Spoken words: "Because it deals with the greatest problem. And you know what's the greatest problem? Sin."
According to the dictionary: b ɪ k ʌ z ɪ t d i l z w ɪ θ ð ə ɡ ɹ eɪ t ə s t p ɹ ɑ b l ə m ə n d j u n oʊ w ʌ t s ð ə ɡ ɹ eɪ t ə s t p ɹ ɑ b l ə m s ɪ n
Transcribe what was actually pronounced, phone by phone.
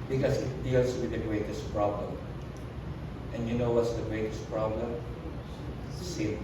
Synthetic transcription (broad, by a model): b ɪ k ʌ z ɪ t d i l s w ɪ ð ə ɡ ɹ eɪ t ə s t p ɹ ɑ b l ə m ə n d j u n oʊ w ʌ t s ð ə ɡ ɹ eɪ t ə s t p ɹ ɑ b l ə m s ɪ